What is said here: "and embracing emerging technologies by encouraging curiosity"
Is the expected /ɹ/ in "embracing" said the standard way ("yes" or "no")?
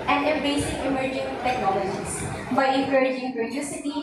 no